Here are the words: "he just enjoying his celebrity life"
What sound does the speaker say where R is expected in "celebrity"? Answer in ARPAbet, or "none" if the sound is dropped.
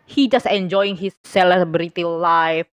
R